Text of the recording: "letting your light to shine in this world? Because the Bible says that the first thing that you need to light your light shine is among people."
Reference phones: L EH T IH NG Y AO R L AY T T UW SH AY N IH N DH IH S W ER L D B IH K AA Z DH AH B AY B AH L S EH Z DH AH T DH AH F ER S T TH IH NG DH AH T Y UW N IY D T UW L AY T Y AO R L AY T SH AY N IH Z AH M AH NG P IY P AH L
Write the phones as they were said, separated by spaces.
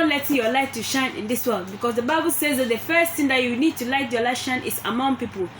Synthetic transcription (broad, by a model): L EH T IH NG Y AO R L AY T T UW SH AY N IH N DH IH S W ER L D B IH K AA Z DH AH B AY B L S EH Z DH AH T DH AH F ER S T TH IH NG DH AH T Y UW N IY D T UW L AY T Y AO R L AY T SH AY N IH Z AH M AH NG P IY P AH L